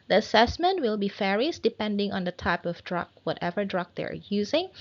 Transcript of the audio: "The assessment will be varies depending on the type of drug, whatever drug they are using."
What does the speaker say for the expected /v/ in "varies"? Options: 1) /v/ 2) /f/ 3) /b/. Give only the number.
2